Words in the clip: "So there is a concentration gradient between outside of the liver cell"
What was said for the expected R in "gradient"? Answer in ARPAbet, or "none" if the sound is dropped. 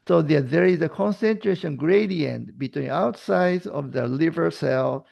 R